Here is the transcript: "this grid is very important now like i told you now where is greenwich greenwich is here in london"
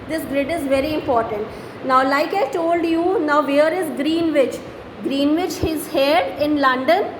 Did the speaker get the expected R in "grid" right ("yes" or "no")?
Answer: yes